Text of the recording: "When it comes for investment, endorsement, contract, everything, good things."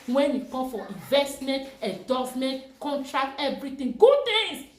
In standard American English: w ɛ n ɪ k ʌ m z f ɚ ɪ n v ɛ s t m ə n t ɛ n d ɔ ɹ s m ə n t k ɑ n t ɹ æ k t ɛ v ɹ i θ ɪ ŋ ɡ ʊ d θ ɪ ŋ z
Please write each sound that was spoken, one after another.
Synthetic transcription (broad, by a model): w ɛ n ɪ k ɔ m f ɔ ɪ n v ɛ s t m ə n t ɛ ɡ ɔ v m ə n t k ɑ n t ɹ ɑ k t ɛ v ɹ i t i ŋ ɡ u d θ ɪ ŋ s